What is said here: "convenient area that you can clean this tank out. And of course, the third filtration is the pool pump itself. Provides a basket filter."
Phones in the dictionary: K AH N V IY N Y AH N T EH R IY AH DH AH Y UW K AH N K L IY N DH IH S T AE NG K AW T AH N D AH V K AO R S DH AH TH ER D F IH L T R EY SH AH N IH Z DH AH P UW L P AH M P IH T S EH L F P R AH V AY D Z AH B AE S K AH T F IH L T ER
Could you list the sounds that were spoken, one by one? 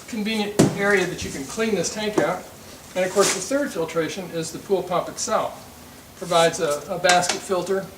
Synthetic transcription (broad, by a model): K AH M V IY N Y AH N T EH R IY AH DH AH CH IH K AH N K L IY N DH IH S T AE NG K AW T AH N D AH V K AO R S DH AH TH ER D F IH L T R EY SH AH N IH Z DH AH P UW L P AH P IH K S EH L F P R AH V AY D Z AH B AE S K AH T F IH L T ER